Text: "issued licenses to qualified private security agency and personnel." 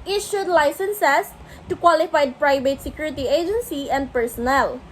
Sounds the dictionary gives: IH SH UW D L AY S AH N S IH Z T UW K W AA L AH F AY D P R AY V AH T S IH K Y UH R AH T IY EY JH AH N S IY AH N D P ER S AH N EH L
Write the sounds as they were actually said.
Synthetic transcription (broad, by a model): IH SH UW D L AY S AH N S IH S T UW K W AA L AH F AY D P R AY V AH T S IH K Y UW R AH T IY EY JH AH N S IY AH N D P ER S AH N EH L